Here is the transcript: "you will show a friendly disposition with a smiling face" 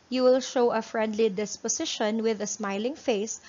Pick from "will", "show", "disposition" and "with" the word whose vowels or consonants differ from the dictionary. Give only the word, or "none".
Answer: disposition